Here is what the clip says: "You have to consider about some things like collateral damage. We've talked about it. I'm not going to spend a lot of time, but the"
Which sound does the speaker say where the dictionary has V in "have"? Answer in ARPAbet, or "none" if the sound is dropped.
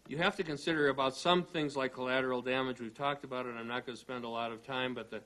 F